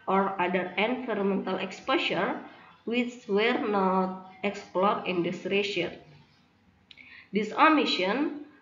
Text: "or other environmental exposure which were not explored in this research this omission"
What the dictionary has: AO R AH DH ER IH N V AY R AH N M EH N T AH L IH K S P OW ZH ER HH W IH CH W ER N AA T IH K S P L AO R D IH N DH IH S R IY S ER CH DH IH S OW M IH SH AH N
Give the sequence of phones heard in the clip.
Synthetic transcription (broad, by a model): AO R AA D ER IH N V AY R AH M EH N T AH L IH K S P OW SH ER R W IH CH W ER N AA T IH K S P L AO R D IH N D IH S R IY SH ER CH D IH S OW M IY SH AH N